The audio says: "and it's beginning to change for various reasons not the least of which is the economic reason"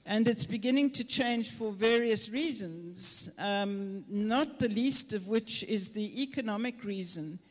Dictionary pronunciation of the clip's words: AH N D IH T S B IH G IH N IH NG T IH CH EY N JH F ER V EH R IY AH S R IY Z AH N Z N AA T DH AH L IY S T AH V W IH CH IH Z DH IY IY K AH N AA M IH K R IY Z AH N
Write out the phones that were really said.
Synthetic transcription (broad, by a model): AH N D IH T S B IH G IH N IH NG T IH CH EY N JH F ER V EH R IY AH S R IY Z AH N Z N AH T DH AH L IY S T AH V W IH CH IH Z DH IY IY K AH N AA M IH K R IY Z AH N